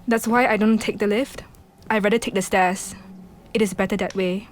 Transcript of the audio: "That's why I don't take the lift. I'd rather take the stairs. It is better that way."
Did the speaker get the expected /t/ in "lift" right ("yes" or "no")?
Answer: yes